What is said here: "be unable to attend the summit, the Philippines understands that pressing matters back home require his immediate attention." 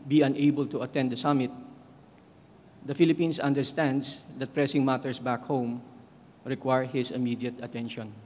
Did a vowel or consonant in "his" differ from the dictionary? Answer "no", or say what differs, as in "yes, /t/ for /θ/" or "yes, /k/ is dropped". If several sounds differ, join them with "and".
yes, /s/ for /z/